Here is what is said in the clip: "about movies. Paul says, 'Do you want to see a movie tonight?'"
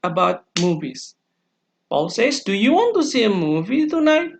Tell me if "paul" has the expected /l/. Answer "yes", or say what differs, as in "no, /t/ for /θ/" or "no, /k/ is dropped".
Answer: yes